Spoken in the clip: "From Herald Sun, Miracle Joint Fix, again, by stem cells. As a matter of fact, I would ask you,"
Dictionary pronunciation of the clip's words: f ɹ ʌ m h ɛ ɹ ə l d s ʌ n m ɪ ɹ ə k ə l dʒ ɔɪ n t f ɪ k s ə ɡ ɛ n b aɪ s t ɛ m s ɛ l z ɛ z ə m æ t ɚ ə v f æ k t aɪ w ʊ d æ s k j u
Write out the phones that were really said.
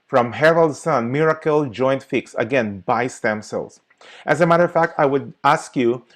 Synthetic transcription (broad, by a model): f ɹ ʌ m h ɛ ɹ ə l d s ʌ n m ɪ ɹ ə k ə l dʒ ɔɪ n t f ɪ k s ə ɡ ɛ n b aɪ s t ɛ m s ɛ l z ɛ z ə m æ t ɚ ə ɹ f æ k t aɪ w ʊ d æ s k j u